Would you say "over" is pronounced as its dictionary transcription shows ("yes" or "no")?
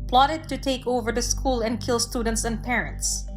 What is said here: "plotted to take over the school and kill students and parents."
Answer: yes